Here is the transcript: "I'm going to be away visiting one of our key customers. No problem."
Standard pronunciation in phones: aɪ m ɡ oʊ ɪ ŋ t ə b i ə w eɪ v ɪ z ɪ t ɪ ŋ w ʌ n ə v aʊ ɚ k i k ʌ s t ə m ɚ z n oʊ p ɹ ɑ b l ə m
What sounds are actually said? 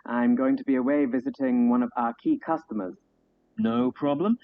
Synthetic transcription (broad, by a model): aɪ m ɡ oʊ ɪ ŋ t ə b i ə w eɪ v ɪ z ɪ t ɪ ŋ w ʌ n ə v aʊ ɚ k i k ʌ s t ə m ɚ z n oʊ p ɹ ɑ b l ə m